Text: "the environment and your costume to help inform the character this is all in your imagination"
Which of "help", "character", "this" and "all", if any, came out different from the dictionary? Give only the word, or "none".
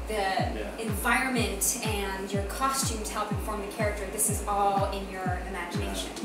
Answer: none